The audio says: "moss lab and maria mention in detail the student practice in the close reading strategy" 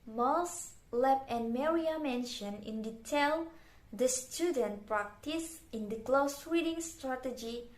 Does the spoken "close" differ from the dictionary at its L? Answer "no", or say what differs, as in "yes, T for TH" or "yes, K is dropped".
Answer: no